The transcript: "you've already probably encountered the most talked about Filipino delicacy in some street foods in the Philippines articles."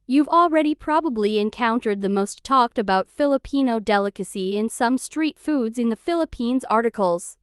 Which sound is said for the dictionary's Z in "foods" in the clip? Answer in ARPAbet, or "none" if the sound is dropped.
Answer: Z